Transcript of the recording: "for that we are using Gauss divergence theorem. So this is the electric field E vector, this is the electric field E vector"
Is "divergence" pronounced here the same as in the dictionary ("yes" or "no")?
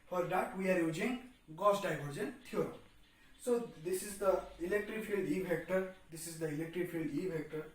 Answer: no